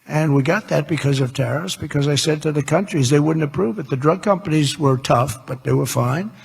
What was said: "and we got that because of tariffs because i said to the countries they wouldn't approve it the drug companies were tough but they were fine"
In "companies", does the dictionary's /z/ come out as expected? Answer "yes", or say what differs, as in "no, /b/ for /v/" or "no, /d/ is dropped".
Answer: yes